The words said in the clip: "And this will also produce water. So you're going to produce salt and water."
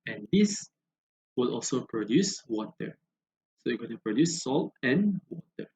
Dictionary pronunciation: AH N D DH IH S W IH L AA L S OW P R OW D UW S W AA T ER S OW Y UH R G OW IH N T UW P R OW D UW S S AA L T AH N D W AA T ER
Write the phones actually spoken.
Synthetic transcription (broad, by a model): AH N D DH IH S W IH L AA L S OW P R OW D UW S W AA T ER S OW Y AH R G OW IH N T UW P R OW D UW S S AA L T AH N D W AA T ER